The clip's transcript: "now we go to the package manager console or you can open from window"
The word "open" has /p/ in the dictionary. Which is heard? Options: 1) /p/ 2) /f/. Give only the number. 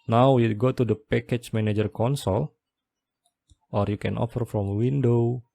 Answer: 2